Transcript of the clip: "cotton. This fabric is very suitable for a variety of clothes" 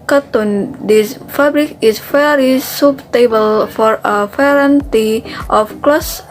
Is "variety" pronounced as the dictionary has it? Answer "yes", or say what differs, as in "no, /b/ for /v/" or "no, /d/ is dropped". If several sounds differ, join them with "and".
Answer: no, /p/ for /v/